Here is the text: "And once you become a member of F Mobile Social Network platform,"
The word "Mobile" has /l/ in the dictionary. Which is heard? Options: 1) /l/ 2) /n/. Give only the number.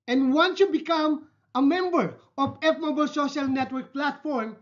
1